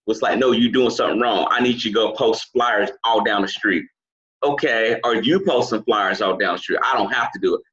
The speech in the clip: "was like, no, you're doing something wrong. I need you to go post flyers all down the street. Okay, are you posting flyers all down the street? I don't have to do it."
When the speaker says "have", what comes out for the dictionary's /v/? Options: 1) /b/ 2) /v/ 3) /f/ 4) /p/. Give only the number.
3